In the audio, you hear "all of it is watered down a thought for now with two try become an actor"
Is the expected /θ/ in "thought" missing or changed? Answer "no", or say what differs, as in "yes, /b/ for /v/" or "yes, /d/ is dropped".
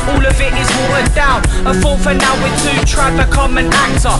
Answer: yes, /f/ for /θ/